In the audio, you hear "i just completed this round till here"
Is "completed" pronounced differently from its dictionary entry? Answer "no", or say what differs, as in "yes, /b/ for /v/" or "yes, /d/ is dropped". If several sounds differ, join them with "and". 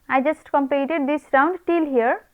yes, /l/ is dropped